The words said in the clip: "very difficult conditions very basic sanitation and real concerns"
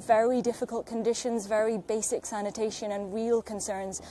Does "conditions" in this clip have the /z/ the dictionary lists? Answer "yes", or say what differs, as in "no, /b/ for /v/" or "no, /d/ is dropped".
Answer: yes